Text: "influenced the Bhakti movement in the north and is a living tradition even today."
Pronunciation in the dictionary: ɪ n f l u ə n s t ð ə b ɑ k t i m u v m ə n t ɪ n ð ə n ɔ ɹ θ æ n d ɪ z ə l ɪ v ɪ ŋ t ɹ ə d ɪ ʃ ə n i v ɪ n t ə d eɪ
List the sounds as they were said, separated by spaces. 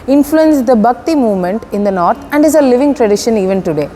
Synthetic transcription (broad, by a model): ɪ n f l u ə n s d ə b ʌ k t i m u v m ə n t ɪ n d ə n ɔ ɹ t æ n d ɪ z ə l ɪ v ɪ ŋ t ɹ ə d ɪ ʃ ə n i v ɪ n t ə d eɪ